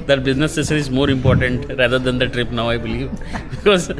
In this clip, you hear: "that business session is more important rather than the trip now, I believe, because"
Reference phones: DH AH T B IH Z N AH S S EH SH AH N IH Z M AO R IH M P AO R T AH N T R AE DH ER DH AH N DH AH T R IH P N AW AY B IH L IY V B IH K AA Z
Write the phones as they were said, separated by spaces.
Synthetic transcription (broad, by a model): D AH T B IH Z N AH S S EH S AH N IH Z M AO R IH M P AO R T AH N T R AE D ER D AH N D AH T R IH P N AW AY B IH L IY V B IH K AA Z